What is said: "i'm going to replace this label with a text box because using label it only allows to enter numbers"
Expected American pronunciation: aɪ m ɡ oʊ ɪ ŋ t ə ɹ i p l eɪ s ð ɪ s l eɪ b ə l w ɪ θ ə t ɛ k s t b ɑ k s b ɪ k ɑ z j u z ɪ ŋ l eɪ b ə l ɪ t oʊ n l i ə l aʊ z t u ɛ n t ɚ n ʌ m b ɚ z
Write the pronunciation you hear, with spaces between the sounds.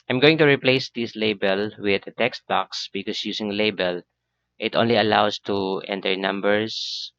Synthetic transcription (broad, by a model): aɪ m ɡ oʊ ɪ ŋ t ə ɹ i p l eɪ s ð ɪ s l eɪ b ə l w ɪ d ə t ɛ k s t b ɑ k s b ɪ k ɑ s j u s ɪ ŋ l eɪ b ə l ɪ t oʊ n l i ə l aʊ s t u ɛ n t ɚ n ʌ m b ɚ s